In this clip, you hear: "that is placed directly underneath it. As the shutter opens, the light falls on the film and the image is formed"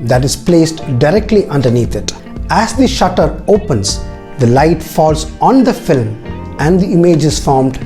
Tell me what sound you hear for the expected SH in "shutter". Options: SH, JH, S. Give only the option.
SH